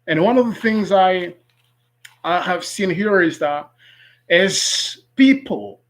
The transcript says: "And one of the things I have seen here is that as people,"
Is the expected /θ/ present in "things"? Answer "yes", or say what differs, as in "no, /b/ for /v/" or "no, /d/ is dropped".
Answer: yes